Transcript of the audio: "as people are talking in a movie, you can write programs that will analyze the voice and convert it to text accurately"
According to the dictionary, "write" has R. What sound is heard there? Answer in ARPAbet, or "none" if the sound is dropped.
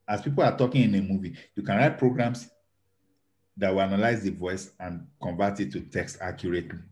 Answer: R